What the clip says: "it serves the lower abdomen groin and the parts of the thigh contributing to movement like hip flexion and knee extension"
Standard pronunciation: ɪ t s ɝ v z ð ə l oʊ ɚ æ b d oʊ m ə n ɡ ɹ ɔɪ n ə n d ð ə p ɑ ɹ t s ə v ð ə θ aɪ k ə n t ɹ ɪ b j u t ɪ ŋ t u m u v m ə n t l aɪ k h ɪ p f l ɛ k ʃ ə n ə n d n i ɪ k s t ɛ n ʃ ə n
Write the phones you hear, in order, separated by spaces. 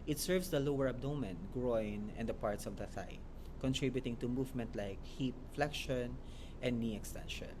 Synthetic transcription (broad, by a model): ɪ t s ɝ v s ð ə l oʊ ɚ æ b d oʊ m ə n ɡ ɹ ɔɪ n ə n d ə p ɑ ɹ t s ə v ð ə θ aɪ k ə n t ɹ ɪ b j u t ɪ ŋ t u m u v m ə n t l aɪ k h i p f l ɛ k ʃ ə n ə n n i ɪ k s t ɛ n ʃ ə n